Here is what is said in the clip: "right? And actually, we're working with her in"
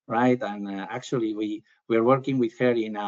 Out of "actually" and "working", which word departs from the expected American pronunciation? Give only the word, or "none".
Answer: actually